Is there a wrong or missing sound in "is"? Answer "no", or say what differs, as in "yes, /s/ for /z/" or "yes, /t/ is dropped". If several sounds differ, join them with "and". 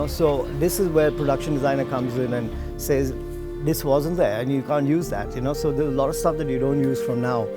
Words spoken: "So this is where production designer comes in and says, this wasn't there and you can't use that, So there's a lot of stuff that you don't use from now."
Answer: no